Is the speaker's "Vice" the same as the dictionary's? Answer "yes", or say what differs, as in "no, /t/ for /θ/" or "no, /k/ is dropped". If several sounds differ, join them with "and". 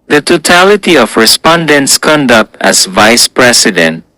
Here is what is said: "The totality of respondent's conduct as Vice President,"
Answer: yes